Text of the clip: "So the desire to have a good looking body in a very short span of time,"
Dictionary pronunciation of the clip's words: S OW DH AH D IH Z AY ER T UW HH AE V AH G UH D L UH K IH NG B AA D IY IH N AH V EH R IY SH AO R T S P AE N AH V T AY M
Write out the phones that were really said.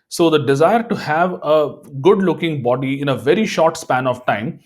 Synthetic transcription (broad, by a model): S OW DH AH D IH Z AY ER T UW HH AE V AH G UH D L UH K IH NG B AA D IY IH N AH V EH R IY SH AO R T S P AE N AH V T AY M